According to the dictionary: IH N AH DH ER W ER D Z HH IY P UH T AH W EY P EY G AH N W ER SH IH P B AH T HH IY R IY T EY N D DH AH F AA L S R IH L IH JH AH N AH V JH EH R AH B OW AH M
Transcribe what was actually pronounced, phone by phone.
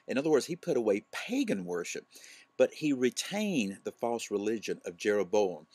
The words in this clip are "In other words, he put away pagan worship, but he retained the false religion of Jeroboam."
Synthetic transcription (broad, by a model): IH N AH DH ER W ER D Z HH IY P UH T AH W EY P EY G AH N W ER SH IH P B AH T HH IY R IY T EY N DH AH F AA L S R IH L IH JH AH N AH V JH EH R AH B OW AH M